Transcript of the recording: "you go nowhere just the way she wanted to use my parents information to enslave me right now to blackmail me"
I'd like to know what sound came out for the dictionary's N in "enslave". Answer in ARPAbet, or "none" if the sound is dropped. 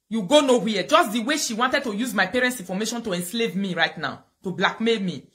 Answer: N